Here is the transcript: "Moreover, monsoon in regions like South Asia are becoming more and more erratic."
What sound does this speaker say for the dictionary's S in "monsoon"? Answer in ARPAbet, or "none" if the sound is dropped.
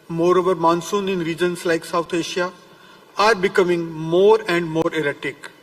S